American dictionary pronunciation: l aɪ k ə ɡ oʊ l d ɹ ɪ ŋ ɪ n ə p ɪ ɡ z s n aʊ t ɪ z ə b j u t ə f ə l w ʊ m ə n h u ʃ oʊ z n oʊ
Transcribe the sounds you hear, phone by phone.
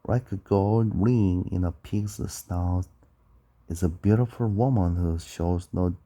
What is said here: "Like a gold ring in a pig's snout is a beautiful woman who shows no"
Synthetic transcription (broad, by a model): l aɪ k ə ɡ oʊ l d ɹ ɪ ŋ ɪ n ə p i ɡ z s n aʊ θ ɪ z ə b j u t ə f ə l w ʊ m ə n h u ʃ oʊ z n oʊ